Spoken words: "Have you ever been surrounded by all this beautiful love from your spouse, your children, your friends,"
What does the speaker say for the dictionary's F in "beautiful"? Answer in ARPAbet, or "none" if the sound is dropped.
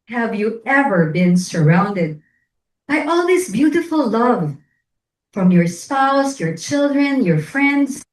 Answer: F